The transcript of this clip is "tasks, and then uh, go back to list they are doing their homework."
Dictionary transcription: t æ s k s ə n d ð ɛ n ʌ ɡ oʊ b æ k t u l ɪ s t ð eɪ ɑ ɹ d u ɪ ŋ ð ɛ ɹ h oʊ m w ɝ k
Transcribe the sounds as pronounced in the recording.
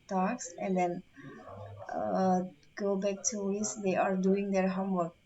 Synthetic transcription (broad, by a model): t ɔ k s ə n d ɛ n ɡ oʊ b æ k t u w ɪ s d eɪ ɑ ɹ d u ɪ ŋ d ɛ ɹ h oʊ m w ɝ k